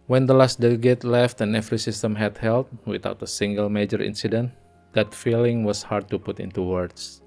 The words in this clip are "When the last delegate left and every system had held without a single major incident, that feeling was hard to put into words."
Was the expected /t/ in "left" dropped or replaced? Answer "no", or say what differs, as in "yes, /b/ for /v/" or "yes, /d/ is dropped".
no